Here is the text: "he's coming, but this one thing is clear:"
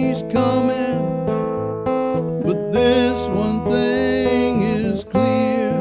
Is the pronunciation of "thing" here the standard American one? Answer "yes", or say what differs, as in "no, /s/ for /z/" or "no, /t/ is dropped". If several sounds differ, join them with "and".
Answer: yes